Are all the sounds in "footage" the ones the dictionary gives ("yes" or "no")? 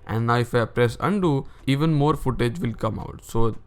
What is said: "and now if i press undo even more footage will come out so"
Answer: yes